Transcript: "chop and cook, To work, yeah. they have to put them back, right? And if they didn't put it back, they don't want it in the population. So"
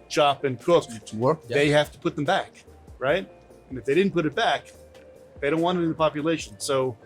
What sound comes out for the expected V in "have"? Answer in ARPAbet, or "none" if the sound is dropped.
F